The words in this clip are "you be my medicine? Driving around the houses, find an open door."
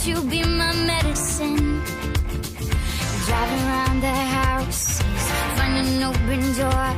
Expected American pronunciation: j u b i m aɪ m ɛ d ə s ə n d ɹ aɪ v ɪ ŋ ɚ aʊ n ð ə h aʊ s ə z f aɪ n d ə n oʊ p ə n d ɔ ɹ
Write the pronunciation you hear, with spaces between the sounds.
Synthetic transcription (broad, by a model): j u b i m aɪ m ɛ d ə s ə n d ɹ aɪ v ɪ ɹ aʊ n ð ə h aʊ s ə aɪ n ə n oʊ p ə n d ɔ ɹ